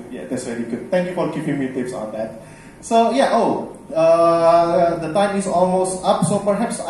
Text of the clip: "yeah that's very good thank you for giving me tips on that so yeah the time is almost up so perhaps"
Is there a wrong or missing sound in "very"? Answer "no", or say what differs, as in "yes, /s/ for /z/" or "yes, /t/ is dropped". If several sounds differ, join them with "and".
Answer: yes, /l/ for /ɹ/